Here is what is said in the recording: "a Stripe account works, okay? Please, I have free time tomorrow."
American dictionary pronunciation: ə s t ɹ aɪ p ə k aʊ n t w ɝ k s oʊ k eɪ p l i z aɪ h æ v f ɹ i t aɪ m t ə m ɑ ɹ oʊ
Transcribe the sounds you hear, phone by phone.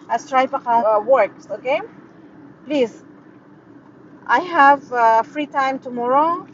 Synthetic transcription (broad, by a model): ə s t ɹ aɪ p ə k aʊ w ɝ k s oʊ k eɪ p l i z aɪ h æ v f ɹ i t aɪ m t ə m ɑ ɹ oʊ